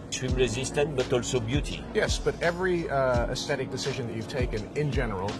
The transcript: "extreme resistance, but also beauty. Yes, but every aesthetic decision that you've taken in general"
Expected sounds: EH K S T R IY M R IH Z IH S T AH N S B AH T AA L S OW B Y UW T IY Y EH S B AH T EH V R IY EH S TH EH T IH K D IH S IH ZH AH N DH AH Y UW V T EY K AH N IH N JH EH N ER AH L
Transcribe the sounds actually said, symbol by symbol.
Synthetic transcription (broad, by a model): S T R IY M R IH Z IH S T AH N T B AH T AA L S OW B Y UW T IY Y EH S B AH T EH V R IY EH S TH EH T IH K D IH S IH ZH AH N DH AH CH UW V T EY K AH N IH N JH EH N ER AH L